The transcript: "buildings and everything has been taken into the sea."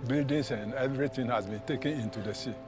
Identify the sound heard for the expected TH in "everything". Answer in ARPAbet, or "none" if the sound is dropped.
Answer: T